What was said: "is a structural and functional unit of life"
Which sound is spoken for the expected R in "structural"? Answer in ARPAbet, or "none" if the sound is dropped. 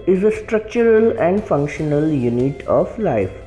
R